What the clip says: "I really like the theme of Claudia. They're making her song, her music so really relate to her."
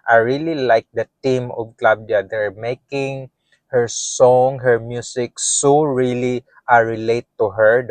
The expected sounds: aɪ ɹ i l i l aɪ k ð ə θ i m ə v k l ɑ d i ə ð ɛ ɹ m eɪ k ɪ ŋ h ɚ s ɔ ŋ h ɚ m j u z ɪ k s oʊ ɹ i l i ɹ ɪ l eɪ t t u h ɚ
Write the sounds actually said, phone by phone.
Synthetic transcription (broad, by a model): aɪ ɹ i l i l aɪ k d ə t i m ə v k l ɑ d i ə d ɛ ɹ m eɪ k ɪ ŋ h ɚ s ɔ ŋ h ɚ m j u s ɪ k s oʊ ɹ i l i ɹ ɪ l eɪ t t u h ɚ